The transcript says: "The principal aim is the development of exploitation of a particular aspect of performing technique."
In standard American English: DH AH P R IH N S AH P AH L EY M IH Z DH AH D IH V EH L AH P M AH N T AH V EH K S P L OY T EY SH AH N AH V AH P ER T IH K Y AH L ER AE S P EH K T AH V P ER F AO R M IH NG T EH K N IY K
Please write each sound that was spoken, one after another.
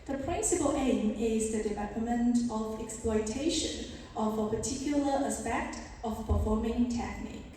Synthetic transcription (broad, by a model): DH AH P R IH N S AH P AH L EY M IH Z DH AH D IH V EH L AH M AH N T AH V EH K S P L OY T EY SH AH N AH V AH P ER T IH K Y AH L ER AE S P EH K T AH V P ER F AO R M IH NG T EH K N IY K